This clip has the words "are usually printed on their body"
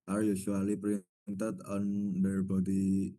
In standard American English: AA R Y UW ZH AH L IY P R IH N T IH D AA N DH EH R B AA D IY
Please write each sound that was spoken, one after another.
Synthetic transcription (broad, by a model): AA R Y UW S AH L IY P R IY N T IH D AA N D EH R B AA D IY